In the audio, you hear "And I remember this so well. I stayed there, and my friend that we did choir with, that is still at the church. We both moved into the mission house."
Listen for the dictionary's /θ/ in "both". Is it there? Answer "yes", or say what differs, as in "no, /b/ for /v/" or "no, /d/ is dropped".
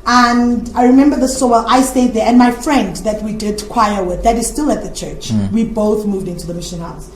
yes